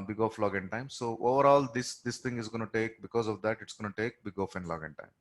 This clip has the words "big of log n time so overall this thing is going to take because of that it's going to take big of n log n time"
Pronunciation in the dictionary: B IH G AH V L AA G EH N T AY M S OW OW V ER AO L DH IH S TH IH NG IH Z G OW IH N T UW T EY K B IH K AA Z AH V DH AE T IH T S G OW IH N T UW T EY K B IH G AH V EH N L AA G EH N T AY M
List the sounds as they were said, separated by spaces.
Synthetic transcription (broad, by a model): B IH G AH F L AA G EH N T AY M S OW OW V ER AO L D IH S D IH NG IH Z G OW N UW T EY K B IH K AA Z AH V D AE T IH T S G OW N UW T EY K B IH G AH F EH N L AA G EH N T AY M